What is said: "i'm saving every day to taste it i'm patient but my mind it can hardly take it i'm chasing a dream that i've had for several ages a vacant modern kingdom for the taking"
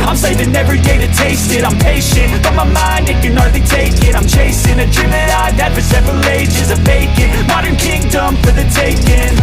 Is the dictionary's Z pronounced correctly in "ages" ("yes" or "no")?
yes